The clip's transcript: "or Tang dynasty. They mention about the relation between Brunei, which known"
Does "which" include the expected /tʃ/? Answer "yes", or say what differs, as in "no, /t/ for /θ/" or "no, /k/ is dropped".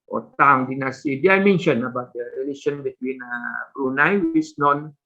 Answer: no, /s/ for /tʃ/